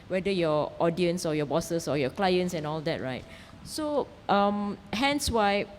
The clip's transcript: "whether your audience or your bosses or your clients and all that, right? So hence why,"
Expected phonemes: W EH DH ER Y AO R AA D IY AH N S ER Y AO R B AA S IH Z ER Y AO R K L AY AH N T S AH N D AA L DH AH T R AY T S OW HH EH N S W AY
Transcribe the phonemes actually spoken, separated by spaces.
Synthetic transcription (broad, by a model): W EH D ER Y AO AA D IY AH N S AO Y AO B AA S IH S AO Y AO K L AY AH N T S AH N AA L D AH T R AY T S OW HH EH N S W AY